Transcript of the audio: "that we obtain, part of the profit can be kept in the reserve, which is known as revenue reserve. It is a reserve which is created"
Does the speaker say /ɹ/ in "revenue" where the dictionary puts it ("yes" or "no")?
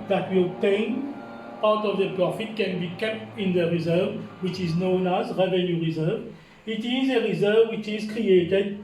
yes